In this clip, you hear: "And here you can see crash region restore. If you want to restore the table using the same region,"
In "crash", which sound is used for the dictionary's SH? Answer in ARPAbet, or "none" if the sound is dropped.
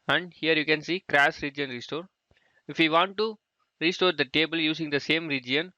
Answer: S